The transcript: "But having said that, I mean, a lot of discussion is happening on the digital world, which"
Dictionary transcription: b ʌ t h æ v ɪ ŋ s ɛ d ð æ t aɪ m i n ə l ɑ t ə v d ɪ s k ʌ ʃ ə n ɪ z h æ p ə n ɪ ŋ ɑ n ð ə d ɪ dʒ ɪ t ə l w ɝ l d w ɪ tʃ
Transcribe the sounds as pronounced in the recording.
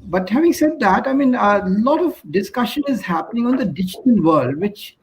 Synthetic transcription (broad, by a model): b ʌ t h æ v ɪ ŋ s ɛ d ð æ t aɪ m i n ə l ɑ t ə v d ɪ s k ʌ ʃ ə n ɪ z h æ p ə n ɪ ŋ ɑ n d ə d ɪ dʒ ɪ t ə n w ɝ l d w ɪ tʃ